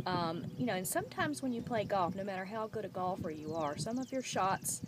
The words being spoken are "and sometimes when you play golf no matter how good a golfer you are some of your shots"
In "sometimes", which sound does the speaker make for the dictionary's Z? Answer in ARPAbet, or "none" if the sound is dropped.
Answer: Z